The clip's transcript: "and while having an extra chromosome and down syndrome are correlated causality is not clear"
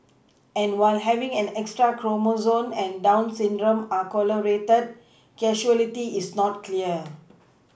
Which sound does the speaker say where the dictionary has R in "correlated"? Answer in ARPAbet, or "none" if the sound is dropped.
L